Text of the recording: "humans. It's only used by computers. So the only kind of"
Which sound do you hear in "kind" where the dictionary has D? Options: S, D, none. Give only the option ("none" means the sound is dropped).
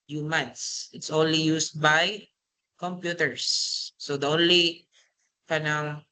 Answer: none